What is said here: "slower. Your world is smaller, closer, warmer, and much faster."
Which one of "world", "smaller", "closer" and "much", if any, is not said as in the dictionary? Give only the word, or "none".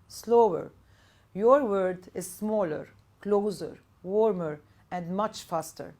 world